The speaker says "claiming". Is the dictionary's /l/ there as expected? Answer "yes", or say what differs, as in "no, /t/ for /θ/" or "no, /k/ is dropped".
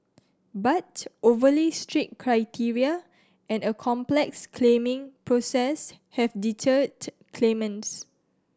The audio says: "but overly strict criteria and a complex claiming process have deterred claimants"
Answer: yes